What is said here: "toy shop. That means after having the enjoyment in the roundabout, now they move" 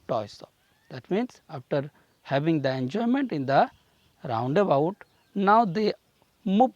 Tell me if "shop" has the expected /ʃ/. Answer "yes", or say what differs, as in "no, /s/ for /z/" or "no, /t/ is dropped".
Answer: no, /s/ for /ʃ/